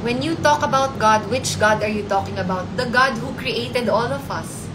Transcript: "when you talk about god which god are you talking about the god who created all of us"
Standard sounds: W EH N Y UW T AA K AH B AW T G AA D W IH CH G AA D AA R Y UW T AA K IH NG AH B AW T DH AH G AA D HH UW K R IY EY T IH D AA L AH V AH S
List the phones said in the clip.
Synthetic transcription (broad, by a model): W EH N Y UW T AA K AH B AW T G AA D W IH CH G AA D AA R Y UW T AA K IH NG AH B AW T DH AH G AA D HH UW K R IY EY T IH D AA L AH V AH S